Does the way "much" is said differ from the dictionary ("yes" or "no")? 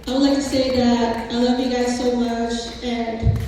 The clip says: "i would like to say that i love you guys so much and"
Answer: no